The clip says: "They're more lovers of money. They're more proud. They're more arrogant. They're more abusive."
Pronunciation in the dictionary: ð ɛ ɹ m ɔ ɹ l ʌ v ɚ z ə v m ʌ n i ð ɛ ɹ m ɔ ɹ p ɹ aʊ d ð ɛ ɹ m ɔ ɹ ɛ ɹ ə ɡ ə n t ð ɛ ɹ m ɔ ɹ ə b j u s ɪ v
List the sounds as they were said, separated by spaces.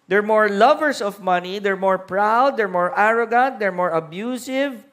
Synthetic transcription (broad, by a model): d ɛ ɹ m ɔ ɹ l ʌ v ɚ s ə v m ʌ n i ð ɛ ɹ m ɔ ɹ p ɹ aʊ d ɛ ɹ m ɔ ɹ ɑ ɹ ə ɡ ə n t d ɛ ɹ m ɔ ɹ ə b j u s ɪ v